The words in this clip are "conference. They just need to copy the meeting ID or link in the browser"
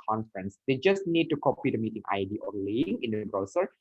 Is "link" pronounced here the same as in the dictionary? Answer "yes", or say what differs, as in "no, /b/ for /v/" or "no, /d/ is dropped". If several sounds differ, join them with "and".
no, /k/ is dropped